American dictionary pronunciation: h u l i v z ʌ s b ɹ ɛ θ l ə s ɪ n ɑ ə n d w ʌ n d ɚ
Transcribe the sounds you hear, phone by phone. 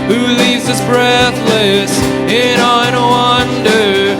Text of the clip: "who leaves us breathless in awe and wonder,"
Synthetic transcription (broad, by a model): h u l i v z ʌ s b ɹ ɛ θ l ə s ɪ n ɑ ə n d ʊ ʌ n d ɚ